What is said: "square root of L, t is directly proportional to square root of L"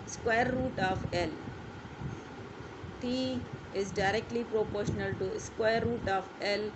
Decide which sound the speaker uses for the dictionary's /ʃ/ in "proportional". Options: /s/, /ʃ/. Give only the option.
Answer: /ʃ/